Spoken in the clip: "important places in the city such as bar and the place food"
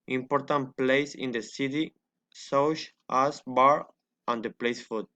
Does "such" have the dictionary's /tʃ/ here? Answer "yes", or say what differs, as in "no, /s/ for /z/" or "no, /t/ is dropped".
no, /ʃ/ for /tʃ/